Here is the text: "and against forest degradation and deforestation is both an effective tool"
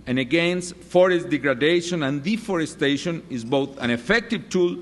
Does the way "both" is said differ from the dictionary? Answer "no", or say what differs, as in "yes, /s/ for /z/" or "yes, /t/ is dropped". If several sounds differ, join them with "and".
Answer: no